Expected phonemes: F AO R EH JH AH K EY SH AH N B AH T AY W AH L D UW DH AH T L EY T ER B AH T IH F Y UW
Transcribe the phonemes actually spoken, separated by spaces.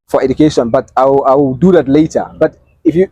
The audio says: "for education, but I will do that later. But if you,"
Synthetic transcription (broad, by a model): F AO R EH JH AH K EY SH AH N B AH T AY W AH W D UW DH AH T L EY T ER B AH T IH F Y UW